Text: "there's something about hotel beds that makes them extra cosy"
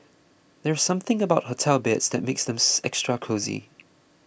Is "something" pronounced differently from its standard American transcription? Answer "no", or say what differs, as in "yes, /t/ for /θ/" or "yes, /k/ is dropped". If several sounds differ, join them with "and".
no